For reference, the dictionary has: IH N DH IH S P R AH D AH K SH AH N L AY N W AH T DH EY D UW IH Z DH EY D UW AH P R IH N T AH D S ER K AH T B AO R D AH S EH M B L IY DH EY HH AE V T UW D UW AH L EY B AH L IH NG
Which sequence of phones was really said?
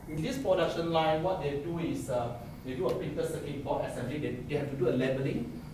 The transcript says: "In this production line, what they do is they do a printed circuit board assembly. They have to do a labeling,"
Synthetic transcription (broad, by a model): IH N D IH S P R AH D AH K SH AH N L AY N W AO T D EY D UW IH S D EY D UW AH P IH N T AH S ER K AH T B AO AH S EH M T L IY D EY HH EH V T UW D UW AH L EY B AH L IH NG